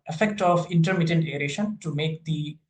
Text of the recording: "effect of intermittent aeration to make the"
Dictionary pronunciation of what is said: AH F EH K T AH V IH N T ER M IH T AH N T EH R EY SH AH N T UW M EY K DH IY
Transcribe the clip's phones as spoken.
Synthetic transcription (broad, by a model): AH F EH K T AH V IH N T ER M IH T AH N T EH R EY SH AH N T UW M EY K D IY